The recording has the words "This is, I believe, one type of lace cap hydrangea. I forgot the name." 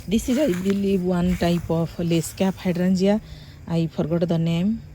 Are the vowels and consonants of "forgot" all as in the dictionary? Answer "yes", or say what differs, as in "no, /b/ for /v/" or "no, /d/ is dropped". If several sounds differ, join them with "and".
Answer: no, /p/ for /f/